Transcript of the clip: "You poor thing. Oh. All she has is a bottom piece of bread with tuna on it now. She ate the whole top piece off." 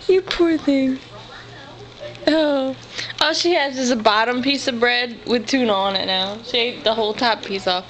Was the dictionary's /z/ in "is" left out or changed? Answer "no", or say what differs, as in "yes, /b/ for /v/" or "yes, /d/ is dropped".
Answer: yes, /s/ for /z/